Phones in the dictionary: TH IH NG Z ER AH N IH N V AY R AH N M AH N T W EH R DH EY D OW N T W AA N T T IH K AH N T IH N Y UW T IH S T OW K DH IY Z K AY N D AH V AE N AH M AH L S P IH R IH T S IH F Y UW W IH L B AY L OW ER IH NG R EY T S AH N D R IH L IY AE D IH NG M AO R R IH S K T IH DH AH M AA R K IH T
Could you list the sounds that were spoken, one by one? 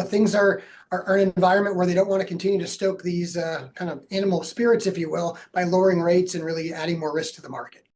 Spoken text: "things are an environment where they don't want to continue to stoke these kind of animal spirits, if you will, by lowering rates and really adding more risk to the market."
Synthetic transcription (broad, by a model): TH IH NG Z ER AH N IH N V AY R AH N M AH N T W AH R DH EY D OW N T W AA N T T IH K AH N T IH N Y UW T IH S T OW K DH IY Z K AY N D AH V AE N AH M L S P IH R IH T S IH F Y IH W IH L B AY L OW ER IH NG R EY T S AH N R IH L IY AE D IH NG M AO R R IH S K T IH DH AH M AA R K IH T